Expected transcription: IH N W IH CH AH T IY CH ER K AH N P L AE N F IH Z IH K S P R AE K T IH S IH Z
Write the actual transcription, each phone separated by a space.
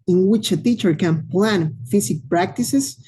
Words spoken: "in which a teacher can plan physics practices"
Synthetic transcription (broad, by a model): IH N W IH CH AH T IY CH ER K AH N P L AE N F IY S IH K P R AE K T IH S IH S